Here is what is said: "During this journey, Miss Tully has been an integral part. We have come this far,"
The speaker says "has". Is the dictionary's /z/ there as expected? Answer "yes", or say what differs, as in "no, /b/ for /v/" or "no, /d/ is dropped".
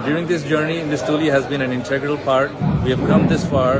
yes